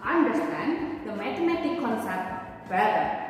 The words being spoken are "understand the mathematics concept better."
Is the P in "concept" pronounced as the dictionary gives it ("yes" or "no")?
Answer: no